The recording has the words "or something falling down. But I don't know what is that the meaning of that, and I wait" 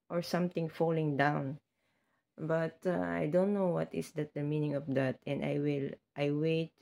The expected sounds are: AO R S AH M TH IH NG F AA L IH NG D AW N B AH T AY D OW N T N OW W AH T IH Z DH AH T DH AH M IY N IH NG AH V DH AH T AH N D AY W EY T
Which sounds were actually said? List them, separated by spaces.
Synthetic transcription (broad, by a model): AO R S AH M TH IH NG F AA L IH NG D AW N B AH T AY D OW N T N OW W AH T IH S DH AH T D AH M IY N IH NG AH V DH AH T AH N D AY W EY T